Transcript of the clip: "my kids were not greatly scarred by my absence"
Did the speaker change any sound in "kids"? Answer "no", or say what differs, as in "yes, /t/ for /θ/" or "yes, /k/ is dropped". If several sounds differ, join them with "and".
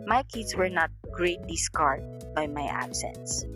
yes, /s/ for /z/